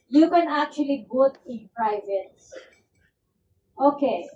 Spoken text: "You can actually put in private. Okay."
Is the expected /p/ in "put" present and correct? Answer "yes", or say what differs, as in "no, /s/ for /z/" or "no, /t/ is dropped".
no, /b/ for /p/